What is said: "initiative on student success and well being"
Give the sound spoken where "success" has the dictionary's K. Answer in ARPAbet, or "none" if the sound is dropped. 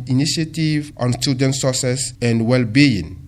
none